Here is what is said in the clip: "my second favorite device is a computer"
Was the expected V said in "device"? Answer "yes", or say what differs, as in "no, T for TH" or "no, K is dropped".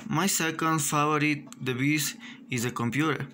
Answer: no, B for V